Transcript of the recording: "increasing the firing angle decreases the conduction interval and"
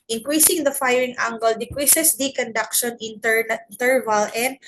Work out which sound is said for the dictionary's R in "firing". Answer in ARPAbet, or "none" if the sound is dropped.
R